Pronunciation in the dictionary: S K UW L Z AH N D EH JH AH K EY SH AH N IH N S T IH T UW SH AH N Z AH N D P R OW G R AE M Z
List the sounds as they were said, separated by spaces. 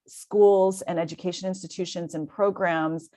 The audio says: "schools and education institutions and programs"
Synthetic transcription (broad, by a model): S K UW L Z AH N EH JH AH K EY SH AH N IH N S T IH T UW SH AH N Z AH N P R OW G R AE M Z